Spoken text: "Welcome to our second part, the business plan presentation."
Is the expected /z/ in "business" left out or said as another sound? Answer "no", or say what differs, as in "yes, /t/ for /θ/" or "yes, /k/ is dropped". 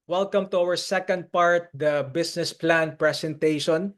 yes, /s/ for /z/